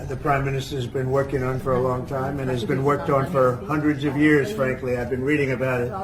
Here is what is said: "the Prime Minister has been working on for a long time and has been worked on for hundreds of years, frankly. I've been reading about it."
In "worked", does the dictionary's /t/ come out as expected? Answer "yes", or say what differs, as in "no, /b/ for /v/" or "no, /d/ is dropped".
yes